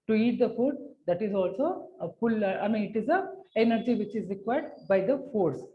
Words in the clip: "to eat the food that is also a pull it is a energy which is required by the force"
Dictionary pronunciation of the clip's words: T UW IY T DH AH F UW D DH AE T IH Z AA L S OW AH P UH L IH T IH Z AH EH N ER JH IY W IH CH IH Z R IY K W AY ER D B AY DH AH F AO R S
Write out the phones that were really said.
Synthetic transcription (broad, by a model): T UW IY T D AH F UW D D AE T IH Z AA L S OW AH F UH L IH T IH Z AH EH N ER JH IY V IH CH IH Z R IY K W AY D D B AY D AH F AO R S